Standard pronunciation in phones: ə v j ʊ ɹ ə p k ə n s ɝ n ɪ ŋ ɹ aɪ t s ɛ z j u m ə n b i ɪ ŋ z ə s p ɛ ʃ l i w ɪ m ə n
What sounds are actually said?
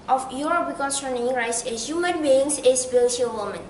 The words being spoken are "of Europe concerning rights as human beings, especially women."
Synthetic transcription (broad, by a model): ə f j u ɹ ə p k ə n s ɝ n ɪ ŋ ɹ aɪ t s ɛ s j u m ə n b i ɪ ŋ s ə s b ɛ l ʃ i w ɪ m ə n